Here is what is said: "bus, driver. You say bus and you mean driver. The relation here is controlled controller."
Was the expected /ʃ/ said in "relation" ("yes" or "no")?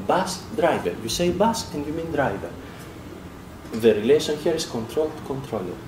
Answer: no